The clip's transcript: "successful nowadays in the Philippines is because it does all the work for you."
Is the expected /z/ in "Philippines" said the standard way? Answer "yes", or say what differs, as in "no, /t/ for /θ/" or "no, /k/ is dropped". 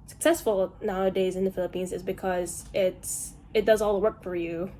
yes